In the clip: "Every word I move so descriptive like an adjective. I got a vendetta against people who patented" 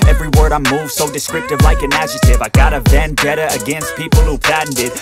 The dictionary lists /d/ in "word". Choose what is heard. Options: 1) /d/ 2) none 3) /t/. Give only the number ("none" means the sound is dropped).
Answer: 1